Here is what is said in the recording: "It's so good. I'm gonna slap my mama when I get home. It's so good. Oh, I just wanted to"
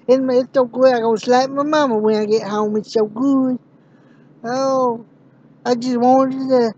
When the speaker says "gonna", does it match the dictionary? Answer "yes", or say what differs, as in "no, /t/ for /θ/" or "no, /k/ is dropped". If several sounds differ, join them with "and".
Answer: no, /n/ is dropped